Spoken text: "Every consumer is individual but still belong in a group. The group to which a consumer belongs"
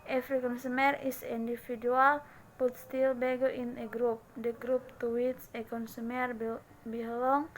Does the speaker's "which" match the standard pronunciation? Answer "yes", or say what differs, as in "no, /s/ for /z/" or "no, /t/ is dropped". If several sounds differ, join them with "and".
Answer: no, /s/ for /tʃ/